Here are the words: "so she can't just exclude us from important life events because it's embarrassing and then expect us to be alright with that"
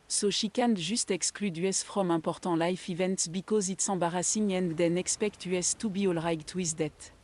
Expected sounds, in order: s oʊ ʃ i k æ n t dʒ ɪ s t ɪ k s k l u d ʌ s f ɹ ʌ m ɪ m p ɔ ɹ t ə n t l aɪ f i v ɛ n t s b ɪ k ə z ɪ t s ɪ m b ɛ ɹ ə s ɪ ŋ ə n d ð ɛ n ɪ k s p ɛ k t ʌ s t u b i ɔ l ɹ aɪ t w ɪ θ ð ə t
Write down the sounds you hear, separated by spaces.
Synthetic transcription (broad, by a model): s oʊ ʃ i k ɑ n dʒ ɪ s t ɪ k s k l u d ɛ s f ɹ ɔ m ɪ p ɔ ɹ t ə l aɪ f i v ɛ n t s b ɪ k ə z ɪ t s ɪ b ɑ ɹ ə s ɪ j ə n d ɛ n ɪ k s p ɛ k t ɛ s t u b i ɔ l ɹ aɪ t w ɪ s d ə t